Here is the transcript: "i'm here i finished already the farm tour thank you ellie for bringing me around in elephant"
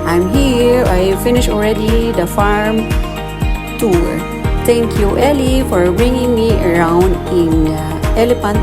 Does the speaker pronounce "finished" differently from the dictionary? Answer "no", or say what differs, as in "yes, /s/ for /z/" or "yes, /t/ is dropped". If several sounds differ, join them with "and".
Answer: yes, /t/ is dropped